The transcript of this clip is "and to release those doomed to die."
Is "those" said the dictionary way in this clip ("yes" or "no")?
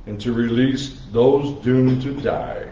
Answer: yes